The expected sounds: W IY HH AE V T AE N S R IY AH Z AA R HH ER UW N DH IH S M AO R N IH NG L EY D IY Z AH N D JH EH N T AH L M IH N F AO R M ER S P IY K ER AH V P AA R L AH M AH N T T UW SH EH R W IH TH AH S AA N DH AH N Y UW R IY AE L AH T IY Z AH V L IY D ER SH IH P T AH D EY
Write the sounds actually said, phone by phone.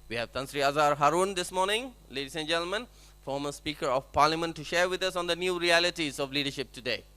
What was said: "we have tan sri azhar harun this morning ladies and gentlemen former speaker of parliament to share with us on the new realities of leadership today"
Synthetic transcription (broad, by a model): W IY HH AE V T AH N S R IY AH Z AA R HH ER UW N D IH S M AO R N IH NG L EY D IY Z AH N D JH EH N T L M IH N F AO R M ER S P IY K ER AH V P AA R L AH M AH N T T UW SH EH R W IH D AH S AA N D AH N Y UW R IY AE L AH T IY Z AH V L IY D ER SH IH P T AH D EY